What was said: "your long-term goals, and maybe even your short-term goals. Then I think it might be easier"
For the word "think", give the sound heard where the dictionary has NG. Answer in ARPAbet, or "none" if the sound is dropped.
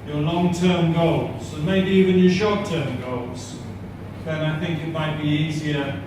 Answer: NG